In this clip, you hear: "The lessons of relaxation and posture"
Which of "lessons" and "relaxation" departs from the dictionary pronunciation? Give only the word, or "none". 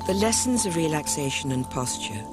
none